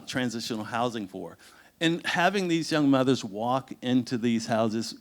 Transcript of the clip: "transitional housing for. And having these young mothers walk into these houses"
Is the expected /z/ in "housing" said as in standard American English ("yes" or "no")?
yes